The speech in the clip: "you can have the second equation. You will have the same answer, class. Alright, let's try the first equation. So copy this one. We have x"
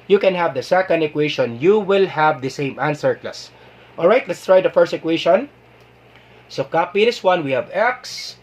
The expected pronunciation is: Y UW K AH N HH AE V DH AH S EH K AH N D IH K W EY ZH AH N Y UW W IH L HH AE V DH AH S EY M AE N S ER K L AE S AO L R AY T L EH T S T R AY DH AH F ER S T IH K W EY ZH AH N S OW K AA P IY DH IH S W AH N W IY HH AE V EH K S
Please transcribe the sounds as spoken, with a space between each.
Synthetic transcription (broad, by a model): Y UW K AH N HH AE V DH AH S EH K AH N D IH K W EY SH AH N Y UW W IH L HH AE V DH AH S EY M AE N S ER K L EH S AO L R AY T L EH T S T R AY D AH F ER S T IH K W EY SH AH N S OW K AA P IY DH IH S W AH N W IY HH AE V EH K S